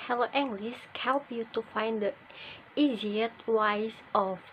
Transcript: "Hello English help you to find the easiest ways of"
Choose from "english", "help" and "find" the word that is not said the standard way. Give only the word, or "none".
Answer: english